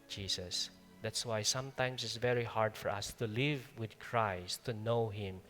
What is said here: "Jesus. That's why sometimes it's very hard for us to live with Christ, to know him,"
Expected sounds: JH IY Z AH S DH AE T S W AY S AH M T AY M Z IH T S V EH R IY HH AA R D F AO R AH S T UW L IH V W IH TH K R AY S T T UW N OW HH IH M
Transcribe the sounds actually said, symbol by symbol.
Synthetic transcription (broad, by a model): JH IY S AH S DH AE T S W AY S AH M T AY M S IH T S V EH R IY HH AA R D F AO R AH S T UW L IH V W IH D K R AY S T T UW N OW HH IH M